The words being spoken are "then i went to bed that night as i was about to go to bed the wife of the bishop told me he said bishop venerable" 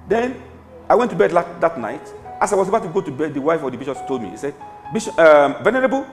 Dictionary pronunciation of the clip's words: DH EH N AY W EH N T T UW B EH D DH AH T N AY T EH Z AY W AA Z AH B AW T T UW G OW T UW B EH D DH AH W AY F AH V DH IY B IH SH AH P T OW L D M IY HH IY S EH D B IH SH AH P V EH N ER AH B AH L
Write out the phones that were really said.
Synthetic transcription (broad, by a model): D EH N AY W EH N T T UW B EH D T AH T N AY T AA S AY W AA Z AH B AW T T UW G OW T UW B EH D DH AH W AY F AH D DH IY B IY SH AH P T OW L D M IY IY S EH D B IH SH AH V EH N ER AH B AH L